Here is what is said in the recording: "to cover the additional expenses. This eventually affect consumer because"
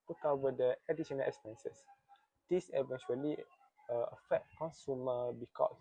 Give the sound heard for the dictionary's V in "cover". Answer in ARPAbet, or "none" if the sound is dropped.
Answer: W